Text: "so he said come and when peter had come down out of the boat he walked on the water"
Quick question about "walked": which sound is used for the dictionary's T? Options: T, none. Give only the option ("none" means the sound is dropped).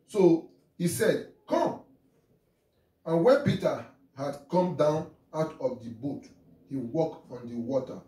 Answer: none